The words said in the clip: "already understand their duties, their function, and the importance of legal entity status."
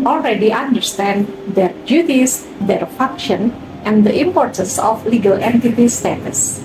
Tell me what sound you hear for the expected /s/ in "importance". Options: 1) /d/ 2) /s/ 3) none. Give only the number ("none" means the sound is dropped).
2